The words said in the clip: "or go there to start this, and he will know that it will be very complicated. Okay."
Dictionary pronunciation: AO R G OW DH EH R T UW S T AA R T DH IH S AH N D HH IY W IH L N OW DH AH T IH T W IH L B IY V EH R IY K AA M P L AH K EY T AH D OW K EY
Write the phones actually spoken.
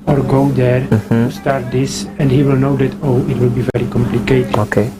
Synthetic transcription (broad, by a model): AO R G OW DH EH R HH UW S T AA R T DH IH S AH N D HH IY W IH L N OW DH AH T IH T W IH L B IY V EH R IY K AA M P L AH K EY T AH OW K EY